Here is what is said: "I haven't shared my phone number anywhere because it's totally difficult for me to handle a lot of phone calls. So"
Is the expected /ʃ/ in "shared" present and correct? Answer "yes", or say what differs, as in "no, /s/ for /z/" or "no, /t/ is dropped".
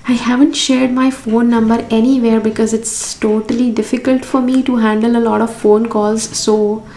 yes